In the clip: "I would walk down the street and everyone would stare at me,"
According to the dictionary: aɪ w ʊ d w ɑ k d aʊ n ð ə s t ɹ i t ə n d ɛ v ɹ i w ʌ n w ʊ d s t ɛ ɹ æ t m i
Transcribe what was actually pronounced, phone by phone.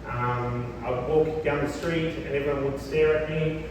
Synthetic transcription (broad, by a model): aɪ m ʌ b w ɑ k d aʊ n ð ə s t ɹ i t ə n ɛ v i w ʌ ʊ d s t ɛ ɹ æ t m i